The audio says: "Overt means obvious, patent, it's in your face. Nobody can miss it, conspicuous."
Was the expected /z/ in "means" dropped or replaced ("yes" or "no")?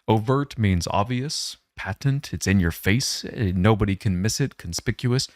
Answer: no